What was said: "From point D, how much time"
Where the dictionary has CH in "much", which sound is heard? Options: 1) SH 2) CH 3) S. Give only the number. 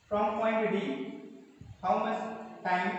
3